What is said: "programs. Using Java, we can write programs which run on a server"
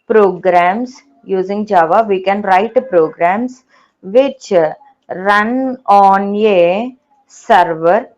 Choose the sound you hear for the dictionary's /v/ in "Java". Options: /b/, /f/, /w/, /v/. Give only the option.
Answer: /v/